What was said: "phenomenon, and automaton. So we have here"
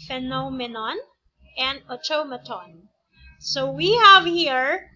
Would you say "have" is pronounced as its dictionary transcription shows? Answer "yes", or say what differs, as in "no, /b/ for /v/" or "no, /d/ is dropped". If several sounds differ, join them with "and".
yes